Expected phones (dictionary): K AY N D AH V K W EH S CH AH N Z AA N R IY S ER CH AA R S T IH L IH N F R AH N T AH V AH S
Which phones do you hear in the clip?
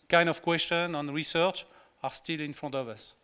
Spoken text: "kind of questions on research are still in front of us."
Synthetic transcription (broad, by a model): K AY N D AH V K W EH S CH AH N AA N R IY S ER CH AA R S T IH L IH N F R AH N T AH V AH S